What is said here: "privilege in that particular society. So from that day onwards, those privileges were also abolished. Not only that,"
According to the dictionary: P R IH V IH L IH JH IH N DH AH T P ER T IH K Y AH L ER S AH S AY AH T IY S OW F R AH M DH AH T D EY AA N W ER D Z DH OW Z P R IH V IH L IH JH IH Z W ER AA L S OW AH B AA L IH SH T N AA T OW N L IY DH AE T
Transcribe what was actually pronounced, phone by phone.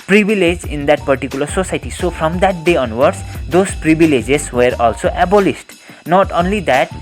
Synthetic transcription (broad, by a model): P R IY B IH L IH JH IH N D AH T P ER T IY K Y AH L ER S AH S AY T IY S OW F R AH M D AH T D EY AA N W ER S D OW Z P R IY B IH L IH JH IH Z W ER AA L S OW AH B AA L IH S T N AA T OW N L IY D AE T